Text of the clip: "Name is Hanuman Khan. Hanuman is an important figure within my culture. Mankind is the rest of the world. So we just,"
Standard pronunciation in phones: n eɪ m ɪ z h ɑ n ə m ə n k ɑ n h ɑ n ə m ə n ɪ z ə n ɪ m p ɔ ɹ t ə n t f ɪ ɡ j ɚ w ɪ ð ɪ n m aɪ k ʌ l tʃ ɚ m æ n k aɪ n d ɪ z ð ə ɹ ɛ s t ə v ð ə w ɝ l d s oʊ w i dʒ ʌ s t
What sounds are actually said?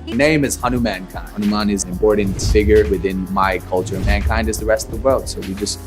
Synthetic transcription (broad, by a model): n eɪ m ɪ z h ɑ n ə m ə n k ɑ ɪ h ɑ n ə m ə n ɪ z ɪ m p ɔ ɹ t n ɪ f ɪ ɡ j ɚ w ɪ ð ɪ n m aɪ k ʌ l tʃ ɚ m æ n k aɪ n d ɪ z ð ə ɹ ɛ s t ə v ð ə w ɝ l d s oʊ w i dʒ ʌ s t